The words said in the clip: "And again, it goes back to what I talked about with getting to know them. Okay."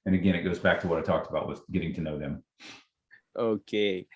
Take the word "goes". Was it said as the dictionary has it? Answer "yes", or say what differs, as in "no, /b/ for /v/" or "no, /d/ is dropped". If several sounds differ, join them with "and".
yes